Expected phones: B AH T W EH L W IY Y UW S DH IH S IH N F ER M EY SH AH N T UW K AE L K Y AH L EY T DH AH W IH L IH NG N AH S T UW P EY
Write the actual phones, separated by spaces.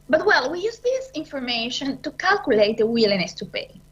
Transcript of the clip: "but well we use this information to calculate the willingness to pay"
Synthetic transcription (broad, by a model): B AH T W EH L W IY Y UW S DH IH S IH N F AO M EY SH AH N T UW K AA L K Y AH L EY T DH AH W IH L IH N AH S T UW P EY